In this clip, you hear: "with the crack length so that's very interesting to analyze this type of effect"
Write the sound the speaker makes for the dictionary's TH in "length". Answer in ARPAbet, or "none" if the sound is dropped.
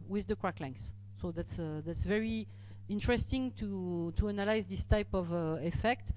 T